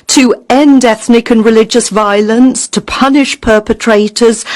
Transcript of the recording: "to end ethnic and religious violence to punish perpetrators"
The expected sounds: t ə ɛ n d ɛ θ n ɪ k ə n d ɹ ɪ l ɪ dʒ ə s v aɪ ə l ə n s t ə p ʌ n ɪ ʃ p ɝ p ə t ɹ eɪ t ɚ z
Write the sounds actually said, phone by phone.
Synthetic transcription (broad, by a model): t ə ɛ n d ɛ θ n ɪ k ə n ɹ ɪ l ɪ dʒ ə s v aɪ ə l ə n s t ə p ʌ n ɪ ʃ p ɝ p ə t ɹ eɪ t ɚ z